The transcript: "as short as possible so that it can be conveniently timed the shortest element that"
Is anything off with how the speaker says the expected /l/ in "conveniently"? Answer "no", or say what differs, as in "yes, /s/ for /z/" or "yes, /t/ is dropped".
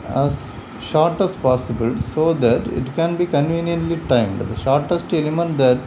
no